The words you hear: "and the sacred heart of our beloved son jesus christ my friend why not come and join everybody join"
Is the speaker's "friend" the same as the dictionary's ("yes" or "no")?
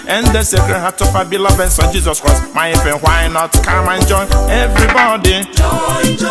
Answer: no